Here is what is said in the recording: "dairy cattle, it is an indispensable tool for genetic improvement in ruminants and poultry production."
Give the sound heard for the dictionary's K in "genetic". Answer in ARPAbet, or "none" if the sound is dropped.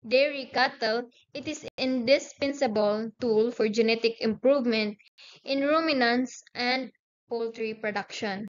K